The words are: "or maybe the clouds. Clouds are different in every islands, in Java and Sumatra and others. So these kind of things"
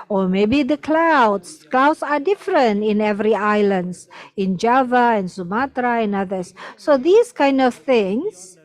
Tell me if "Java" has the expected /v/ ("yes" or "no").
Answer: yes